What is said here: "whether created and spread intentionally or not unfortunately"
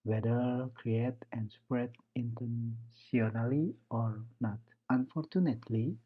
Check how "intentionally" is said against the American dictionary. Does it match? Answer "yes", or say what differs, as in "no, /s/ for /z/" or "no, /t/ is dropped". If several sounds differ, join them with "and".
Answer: no, /s/ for /ʃ/